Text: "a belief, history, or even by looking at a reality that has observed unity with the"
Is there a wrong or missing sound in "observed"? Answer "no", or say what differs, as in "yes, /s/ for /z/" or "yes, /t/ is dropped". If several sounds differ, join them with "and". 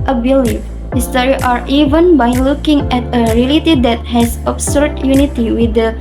yes, /s/ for /z/ and /v/ is dropped